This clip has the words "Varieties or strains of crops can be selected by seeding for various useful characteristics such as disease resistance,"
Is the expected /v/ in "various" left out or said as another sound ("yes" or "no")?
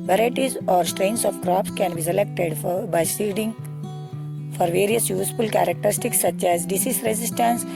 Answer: no